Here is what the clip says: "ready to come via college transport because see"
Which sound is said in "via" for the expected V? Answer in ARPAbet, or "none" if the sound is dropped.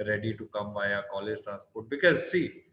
B